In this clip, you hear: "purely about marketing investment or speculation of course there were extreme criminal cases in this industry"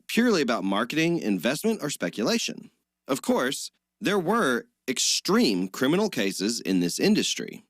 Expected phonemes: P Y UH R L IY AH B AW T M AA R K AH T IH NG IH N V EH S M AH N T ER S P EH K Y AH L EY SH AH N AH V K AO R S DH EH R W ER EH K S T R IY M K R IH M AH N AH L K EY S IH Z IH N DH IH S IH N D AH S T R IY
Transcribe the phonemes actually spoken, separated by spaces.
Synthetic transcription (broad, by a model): P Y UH R L IY AH B AW T M AA R K AH T IH NG IH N V EH S M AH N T ER S P EH K Y AH L EY SH AH N AH V K AO R S DH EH R W ER EH K S T R IY M K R IH M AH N L K EY S IH Z IH N DH IH S IH N D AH S T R IY